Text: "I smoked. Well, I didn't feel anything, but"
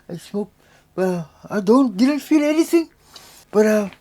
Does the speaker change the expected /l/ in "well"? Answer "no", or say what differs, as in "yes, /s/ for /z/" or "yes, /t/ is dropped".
yes, /n/ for /l/